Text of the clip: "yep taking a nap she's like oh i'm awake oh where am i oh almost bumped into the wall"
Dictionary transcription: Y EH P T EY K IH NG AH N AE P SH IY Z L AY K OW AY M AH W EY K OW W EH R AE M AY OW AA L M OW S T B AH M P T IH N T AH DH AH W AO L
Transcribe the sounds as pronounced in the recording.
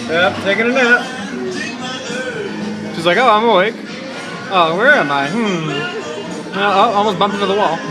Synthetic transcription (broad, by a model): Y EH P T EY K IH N AH N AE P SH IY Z L AY K OW AY M AH W EY K OW W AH R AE M AY OW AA L M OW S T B AH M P IH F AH DH AH W AO L